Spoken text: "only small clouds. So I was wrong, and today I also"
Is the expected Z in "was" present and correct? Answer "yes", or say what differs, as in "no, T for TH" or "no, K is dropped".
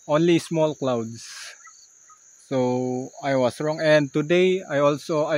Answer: no, S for Z